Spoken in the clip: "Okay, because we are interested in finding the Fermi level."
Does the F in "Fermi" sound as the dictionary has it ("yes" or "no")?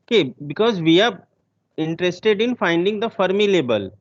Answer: yes